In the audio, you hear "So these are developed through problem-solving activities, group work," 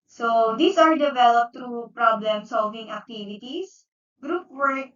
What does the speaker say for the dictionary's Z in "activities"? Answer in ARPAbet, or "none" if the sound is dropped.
S